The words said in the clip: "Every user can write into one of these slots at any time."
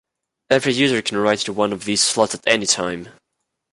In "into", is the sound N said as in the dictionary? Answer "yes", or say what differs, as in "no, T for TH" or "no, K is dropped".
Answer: no, N is dropped